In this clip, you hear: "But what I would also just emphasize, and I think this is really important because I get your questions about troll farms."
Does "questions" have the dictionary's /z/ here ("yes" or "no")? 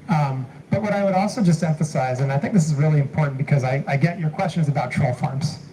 yes